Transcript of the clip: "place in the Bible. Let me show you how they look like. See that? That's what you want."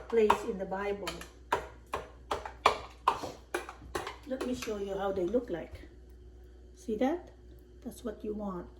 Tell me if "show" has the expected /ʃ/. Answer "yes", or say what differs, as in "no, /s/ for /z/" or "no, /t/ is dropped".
yes